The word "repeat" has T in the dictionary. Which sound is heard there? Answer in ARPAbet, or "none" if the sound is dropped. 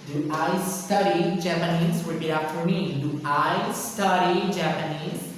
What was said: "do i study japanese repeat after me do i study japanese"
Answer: none